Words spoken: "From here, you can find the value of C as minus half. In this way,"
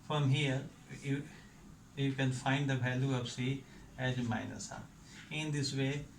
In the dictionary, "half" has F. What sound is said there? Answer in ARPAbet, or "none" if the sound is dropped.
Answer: none